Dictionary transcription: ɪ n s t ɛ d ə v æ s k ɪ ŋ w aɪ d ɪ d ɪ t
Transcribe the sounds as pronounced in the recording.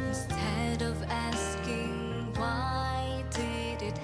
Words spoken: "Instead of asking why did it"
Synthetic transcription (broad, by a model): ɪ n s t ɛ d ə v æ s k ɪ ŋ w aɪ d ɪ d ɪ t